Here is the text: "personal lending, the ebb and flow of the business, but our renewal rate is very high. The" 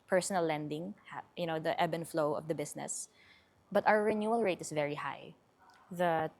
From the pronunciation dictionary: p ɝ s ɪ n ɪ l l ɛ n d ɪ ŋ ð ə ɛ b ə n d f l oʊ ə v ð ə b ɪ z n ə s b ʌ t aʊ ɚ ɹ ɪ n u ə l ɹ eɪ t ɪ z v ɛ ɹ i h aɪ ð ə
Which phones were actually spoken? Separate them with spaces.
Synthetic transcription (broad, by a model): p ɝ s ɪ n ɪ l l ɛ n d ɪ ŋ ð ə ɛ b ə n f l oʊ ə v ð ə b ɪ s n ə s b ʌ t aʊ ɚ ɹ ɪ n u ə l ɹ eɪ t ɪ s v ɛ ɹ i h aɪ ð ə